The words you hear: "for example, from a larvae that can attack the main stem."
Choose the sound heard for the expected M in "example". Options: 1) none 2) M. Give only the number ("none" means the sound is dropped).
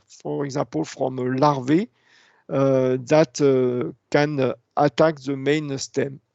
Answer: 1